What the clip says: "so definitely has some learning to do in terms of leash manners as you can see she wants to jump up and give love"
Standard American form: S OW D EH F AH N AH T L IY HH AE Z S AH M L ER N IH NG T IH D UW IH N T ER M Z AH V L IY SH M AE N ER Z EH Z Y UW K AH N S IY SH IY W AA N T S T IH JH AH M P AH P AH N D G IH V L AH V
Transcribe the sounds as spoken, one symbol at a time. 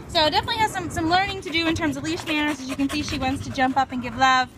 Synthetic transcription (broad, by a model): S OW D EH F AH N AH T L IY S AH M S AH M L ER N IH NG T IH D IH IH N T ER M Z AH V L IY S M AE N ER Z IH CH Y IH K AH N S IY SH IY W AA N T S T IH JH AH M P AH P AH N G IH V L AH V